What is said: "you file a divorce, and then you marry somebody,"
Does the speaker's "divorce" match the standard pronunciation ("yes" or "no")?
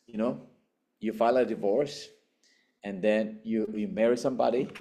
yes